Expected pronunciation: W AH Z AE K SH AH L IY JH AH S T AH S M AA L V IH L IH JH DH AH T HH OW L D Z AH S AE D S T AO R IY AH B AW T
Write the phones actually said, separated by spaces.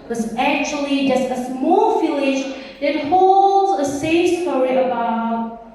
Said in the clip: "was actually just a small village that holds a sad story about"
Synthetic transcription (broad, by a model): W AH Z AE K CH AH L IY JH AH S T AH S M AA L F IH L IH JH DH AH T HH OW L D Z AH S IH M S T AO R IY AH B AW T